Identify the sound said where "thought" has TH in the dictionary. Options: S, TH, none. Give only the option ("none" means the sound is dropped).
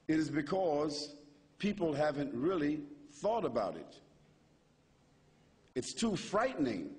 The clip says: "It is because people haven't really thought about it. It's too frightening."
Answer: TH